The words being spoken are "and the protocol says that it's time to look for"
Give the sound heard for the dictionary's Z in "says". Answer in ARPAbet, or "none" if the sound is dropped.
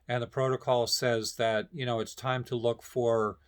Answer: Z